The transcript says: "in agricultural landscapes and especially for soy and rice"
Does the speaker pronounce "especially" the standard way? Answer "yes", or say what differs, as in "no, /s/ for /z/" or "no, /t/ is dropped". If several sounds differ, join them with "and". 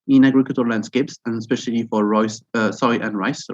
yes